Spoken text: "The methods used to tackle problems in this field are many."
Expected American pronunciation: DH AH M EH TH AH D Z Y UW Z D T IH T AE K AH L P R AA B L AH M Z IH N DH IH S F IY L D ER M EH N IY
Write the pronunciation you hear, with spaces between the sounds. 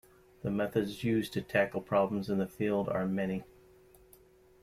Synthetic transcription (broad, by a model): DH AH M EH TH AH D Z Y UW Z T IH T AE K L P R AA B L AH M Z IH N DH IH F IY L D ER M EH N IY